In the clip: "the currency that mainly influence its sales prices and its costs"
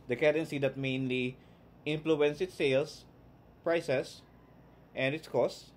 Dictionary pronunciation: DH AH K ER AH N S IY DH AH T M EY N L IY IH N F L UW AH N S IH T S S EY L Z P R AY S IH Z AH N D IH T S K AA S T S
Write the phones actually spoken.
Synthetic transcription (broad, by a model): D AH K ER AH N S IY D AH T M EY N L IY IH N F L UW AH N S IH T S S EY L S P R AY S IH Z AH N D IH T S K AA S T